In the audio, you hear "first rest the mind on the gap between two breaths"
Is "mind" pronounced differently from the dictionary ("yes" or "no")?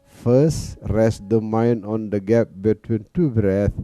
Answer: yes